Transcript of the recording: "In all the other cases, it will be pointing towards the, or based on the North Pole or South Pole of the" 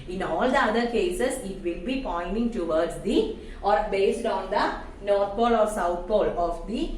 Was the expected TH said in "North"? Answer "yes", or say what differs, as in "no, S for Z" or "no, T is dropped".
no, T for TH